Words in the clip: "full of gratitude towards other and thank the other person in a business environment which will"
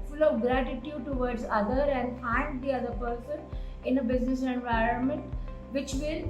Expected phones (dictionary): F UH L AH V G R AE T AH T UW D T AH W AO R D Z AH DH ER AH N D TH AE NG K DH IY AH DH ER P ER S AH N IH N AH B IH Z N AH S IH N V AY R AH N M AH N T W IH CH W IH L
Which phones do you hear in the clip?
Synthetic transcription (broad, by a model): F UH L AH V G R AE T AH T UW D T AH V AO R D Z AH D ER AH N D F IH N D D IY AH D ER P ER S AH N IH N AH B IH Z N AH S IH N V AY R AH N M AH N T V IH CH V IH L